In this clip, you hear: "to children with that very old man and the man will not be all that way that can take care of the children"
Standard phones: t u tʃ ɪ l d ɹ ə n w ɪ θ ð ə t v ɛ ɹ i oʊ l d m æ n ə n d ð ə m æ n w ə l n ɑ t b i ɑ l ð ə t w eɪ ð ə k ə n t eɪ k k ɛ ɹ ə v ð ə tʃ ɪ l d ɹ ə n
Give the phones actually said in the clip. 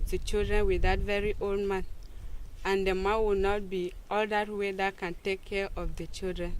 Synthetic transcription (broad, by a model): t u tʃ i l d ɹ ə n w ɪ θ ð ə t v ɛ ɹ i oʊ l d m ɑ n ə n d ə m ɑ n w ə n ɑ t b i ɑ l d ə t w eɪ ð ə k ə n t eɪ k k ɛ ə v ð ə tʃ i l d ɹ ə n